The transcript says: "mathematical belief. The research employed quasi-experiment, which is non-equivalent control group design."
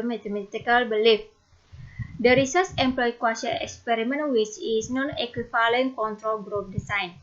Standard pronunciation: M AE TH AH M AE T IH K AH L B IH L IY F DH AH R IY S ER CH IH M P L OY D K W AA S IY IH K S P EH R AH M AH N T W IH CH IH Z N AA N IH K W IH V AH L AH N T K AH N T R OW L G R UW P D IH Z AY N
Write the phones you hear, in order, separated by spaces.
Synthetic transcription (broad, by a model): M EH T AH M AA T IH K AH L B IH L IY F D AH R IY S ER S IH M P L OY K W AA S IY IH K S P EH R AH M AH N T W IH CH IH S N AA N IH K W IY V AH L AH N K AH N T R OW L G R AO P D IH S AY N